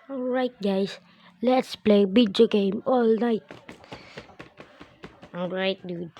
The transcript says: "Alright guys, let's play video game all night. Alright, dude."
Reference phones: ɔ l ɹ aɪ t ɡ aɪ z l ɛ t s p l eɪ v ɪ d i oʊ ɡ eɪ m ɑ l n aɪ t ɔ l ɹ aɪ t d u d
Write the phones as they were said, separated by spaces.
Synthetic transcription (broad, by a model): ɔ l ɹ aɪ t ɡ aɪ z l ɛ t s p l eɪ b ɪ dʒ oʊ ɡ eɪ m ɑ l n aɪ t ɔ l ɹ aɪ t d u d